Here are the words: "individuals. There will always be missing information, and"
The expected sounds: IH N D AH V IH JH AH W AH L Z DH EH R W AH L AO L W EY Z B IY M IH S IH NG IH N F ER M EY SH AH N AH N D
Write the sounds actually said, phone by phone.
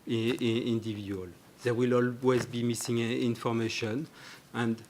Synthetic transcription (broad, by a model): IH N D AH V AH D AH L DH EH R W AH L AO L W EY Z B IY M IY S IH NG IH N F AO M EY SH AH N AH N D